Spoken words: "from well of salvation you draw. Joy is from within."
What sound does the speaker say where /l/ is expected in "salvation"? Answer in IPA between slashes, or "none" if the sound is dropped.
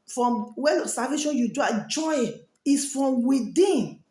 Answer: none